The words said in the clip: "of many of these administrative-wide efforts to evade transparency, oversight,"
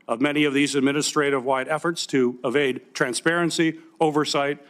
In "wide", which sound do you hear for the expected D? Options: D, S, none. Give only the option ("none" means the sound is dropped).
D